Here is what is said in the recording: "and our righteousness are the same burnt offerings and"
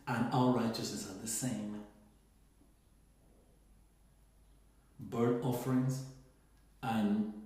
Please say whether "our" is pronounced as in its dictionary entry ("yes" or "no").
no